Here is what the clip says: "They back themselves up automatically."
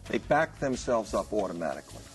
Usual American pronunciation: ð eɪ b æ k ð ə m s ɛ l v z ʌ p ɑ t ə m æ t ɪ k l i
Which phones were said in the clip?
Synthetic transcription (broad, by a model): ð eɪ b æ k ð ə m s ɛ l v z ʌ p ɑ t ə m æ t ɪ k l i